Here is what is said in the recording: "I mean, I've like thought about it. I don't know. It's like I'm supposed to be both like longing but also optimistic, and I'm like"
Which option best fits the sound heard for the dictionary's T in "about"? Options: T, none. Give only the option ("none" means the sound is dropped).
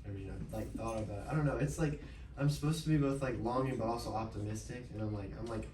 none